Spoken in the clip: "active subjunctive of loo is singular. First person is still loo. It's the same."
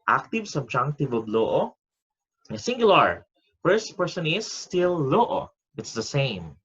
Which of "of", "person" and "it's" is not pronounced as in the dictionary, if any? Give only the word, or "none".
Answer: of